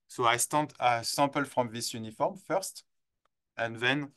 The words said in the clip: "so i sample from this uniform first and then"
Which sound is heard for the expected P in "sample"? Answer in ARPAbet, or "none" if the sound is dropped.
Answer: P